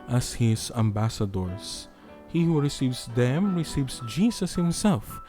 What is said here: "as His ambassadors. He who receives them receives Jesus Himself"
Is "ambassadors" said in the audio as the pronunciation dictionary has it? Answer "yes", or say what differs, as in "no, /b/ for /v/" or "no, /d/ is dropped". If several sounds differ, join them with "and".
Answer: no, /s/ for /z/